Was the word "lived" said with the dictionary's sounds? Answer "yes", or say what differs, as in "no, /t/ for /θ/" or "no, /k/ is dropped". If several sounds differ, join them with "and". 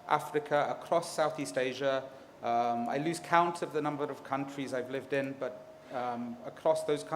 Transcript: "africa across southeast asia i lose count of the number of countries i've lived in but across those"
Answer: yes